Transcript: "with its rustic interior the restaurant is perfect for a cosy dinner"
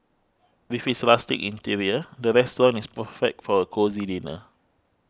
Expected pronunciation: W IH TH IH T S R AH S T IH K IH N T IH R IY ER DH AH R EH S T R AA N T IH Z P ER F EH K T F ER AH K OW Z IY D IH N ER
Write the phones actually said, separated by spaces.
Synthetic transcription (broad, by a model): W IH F IH T S L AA S T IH K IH N T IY R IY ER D AH R EH S T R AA N IH S P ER F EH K T F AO AH K OW Z IY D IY N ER